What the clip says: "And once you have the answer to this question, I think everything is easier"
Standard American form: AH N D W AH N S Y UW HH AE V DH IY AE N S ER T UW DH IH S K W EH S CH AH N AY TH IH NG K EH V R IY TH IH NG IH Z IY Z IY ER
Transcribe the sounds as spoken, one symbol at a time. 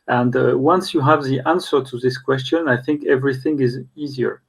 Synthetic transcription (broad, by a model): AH N D W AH N S Y UW HH AE V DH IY AE N S ER T UW DH IH S K W EH S CH AH N AY TH IH NG K EH V R IY TH IH NG IH Z IY Z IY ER